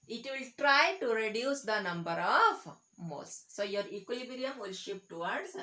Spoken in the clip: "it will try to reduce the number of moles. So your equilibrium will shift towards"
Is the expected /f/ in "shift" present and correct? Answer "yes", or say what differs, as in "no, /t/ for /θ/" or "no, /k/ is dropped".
no, /p/ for /f/